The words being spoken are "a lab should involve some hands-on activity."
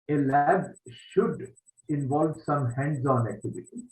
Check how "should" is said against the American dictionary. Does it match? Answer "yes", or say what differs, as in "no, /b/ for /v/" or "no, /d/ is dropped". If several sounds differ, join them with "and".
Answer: yes